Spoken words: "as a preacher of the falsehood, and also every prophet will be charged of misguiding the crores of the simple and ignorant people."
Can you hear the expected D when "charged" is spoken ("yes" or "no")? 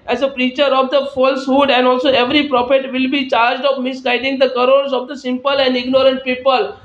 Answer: yes